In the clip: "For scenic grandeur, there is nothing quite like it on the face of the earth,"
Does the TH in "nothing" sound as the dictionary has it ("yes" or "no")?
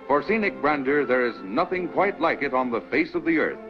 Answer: yes